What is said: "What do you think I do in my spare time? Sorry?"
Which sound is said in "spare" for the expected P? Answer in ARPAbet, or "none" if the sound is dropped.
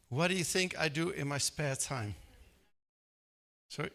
P